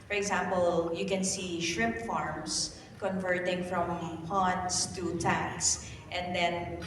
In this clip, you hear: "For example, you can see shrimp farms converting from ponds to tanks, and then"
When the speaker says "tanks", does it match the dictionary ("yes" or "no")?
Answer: no